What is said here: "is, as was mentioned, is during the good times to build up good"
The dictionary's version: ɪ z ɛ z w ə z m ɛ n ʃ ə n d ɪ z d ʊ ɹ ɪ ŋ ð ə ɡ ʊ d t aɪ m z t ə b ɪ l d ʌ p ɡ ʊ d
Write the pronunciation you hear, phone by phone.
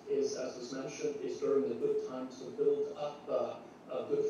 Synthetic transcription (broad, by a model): ɪ z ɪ z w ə z m ɛ n ʃ ə n d ɪ z d ʊ ɹ ɪ ŋ ð ə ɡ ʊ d t aɪ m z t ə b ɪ l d ʌ p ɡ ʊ